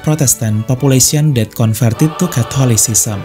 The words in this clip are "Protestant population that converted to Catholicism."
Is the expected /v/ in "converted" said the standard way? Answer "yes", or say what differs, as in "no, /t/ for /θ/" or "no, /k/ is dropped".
no, /f/ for /v/